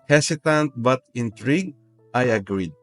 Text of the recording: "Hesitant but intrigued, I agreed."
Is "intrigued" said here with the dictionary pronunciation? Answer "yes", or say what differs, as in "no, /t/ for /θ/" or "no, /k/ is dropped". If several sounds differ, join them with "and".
no, /d/ is dropped